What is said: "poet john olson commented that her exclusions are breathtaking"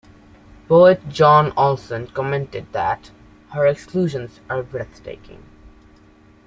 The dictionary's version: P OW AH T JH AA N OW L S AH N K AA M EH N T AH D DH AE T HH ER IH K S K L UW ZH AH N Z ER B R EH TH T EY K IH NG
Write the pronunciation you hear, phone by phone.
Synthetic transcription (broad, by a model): B OW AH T JH AA N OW L S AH N K AA M EH N T AH D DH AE T HH ER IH K S K L UW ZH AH N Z ER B R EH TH T EY K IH NG